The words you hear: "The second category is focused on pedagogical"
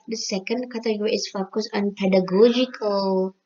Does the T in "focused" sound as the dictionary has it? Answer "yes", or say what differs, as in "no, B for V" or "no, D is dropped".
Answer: no, T is dropped